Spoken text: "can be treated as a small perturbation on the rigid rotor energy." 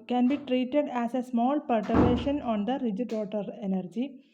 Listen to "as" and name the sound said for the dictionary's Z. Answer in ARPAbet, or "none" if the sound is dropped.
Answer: S